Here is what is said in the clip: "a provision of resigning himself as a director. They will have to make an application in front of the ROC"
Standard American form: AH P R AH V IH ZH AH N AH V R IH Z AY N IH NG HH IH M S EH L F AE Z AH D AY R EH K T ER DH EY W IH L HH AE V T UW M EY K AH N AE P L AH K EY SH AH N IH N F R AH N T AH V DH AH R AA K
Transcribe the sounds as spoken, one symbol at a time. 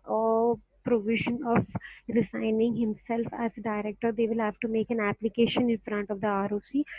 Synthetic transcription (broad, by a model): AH P R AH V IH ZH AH N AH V R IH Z AY N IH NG HH IH M S EH L F AE Z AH D AY R EH K T ER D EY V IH L HH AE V T UW M EY K AH N AE P L AH K EY SH AH N IH N F R AH N T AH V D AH R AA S